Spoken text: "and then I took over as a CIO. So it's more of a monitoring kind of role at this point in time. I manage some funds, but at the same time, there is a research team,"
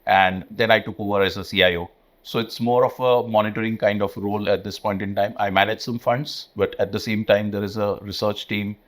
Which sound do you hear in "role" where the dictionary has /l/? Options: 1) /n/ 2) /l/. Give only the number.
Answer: 2